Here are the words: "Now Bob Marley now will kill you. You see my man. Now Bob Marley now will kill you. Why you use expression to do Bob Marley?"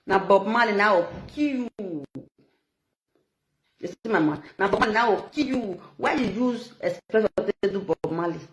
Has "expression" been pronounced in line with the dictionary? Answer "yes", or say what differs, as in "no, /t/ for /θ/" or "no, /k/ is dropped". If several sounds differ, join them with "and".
no, /k/ is dropped and /s/ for /ʃ/